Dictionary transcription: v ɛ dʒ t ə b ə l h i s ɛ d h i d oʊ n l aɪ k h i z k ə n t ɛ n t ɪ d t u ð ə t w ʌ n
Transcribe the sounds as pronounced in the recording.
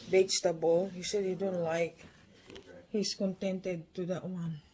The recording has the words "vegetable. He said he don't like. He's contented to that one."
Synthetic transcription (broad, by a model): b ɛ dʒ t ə b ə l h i s ɛ d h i d oʊ n l aɪ k h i s k ə n t ɛ n t ɪ d t u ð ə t w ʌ n